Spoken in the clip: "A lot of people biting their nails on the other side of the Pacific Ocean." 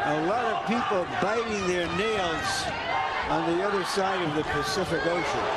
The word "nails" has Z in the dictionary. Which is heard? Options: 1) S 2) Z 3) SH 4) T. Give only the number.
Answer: 2